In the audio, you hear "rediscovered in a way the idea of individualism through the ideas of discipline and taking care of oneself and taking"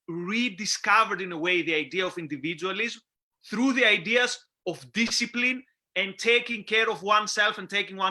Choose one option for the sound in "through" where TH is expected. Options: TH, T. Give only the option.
TH